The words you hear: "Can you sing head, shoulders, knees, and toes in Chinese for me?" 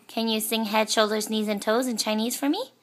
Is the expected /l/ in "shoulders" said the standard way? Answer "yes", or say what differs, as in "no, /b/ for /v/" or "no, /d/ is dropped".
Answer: yes